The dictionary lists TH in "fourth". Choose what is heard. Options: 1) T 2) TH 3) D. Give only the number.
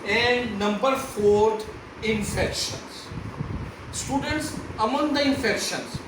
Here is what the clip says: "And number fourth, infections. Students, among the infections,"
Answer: 1